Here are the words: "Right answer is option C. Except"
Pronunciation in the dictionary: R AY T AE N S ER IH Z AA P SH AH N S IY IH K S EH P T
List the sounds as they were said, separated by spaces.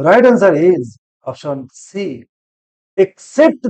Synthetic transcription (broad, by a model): R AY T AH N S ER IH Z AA F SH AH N S IY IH K S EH P T